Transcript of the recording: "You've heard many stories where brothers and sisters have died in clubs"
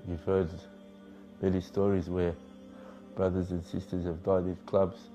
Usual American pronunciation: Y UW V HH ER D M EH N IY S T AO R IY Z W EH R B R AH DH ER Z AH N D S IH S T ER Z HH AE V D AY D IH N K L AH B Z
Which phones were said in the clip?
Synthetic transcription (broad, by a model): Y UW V HH ER D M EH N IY S T AO R IY Z W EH R B R AH DH ER Z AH N S IH S T ER Z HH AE V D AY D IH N K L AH B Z